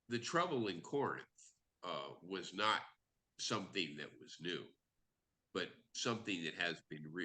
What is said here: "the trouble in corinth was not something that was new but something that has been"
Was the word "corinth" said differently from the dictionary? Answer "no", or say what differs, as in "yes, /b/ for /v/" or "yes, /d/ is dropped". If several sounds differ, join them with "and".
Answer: no